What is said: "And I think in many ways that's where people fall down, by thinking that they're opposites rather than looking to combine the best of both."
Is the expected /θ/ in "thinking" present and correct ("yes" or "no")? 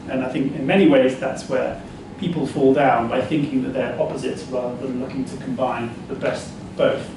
yes